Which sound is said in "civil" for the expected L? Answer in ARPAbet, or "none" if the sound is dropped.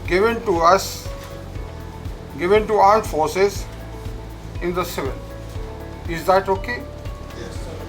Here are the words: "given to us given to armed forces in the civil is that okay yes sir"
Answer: N